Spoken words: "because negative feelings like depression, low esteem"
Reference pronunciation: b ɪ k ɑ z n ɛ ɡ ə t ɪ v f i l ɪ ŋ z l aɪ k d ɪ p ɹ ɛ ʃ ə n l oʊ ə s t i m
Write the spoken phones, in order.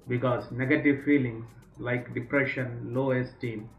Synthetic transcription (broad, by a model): b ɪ k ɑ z n ɛ ɡ ə t ɪ v f i l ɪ ŋ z l aɪ k d ɪ p ɹ ɛ ʃ ə n l oʊ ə s t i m